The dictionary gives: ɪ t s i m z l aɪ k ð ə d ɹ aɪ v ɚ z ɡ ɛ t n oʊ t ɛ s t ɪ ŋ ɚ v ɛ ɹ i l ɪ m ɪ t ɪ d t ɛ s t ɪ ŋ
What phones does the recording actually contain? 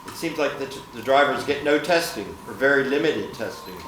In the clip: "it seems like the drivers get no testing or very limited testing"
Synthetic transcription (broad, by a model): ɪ t s i m z l aɪ k ð ə d ɹ aɪ v ɚ z ɡ ɛ t n oʊ t ɛ s t ɪ ŋ ɚ v ɛ ɹ i l ɪ m ɪ t ɪ d t ɛ s t ɪ ŋ